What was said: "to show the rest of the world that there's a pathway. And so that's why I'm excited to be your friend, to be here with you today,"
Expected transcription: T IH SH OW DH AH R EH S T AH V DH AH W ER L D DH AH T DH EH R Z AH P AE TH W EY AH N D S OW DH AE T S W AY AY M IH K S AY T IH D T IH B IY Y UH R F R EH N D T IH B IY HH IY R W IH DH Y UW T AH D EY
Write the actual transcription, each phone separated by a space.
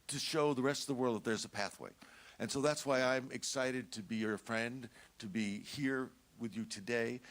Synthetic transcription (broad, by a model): T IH SH OW DH AH R EH S T AH V DH AH W ER L D DH AH T DH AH R Z AH P AE TH W EY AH N S OW DH AE T S W AY AY M IH K S AY T IH D T IH B IY Y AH R F R EH N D T IH B IY HH IY R W IH DH Y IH T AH D EY